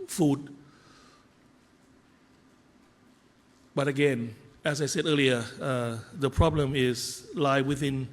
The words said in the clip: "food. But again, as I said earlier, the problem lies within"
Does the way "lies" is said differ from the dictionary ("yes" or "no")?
yes